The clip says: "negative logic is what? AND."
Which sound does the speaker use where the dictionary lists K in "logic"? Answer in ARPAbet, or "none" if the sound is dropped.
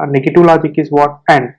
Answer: K